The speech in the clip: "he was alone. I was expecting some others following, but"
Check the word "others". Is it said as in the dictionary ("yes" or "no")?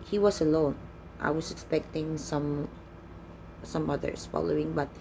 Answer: no